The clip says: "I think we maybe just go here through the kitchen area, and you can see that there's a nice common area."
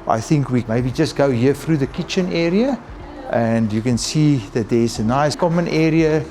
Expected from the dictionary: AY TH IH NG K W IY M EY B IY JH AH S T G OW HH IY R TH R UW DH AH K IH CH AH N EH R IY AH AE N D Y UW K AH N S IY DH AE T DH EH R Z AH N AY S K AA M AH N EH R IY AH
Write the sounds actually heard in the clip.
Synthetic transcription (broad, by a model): AY TH IH NG K W IY M EY B IY JH AH S T G OW HH IY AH TH R UW DH AH K IH CH AH N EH R IY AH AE N D Y UW K AH N S IY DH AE T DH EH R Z AH N AY S K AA M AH N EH R IY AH